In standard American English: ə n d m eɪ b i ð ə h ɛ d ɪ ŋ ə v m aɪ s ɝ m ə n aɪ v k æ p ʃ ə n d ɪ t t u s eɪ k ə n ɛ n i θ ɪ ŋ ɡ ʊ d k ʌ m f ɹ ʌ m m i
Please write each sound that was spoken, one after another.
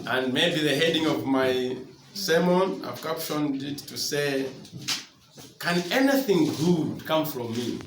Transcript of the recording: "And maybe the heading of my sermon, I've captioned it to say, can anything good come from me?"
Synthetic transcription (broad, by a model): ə n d m eɪ b i ð ə h ɛ d ɪ ŋ ə v m aɪ s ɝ m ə n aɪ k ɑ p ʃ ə n d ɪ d t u s eɪ k ə n ɛ n i θ ɪ ŋ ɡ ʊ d k ʌ m f ɹ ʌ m m i